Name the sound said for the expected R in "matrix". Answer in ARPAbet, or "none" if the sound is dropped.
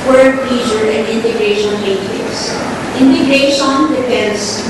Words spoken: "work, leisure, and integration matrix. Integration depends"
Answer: none